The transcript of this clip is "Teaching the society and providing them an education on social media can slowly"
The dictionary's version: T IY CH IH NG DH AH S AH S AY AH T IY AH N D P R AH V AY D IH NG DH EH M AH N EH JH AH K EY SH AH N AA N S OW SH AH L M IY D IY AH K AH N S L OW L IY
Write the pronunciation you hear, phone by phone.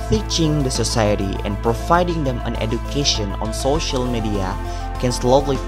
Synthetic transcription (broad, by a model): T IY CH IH NG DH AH S AH S AY AH T IY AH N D P R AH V AY D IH NG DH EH M AH N EH JH AH K EY SH AH N AA N S OW SH AH L M IY D IY AH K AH N S L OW L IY